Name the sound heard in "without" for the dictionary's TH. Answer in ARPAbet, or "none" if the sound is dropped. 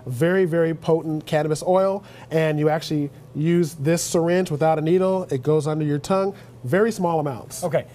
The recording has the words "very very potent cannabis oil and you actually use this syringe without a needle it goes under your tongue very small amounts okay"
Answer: TH